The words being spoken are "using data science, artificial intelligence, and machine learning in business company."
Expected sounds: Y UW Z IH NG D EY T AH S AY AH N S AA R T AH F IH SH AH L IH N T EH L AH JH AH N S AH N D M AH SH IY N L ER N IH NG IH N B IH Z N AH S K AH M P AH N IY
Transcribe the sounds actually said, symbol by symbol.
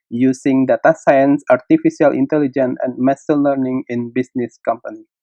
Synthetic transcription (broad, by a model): Y UW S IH NG D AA T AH S AY AH N S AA R T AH F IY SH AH L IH N T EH L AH JH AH N AH N M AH S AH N L ER N IH NG IH N B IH S N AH S K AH M P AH N IY